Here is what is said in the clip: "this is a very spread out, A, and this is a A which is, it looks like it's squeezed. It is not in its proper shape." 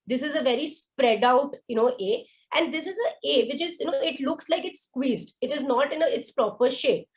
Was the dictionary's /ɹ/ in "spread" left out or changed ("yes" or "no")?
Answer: no